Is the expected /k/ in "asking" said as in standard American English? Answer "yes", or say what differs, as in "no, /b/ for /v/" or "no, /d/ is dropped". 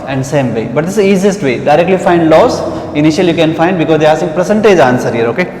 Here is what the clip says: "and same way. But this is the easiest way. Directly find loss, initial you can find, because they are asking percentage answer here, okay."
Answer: no, /k/ is dropped